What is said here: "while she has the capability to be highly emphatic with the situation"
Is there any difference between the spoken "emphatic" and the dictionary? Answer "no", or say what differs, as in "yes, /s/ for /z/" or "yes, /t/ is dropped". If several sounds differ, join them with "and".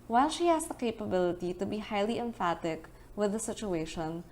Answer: no